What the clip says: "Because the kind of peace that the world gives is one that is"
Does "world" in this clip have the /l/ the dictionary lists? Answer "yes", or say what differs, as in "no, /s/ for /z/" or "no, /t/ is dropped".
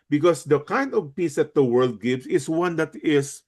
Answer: yes